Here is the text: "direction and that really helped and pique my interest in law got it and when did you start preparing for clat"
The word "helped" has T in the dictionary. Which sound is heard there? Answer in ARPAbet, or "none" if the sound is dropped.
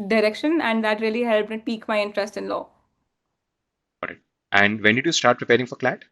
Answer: none